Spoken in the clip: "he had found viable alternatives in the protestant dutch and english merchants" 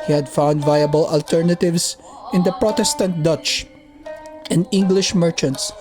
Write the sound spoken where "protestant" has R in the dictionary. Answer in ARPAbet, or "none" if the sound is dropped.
R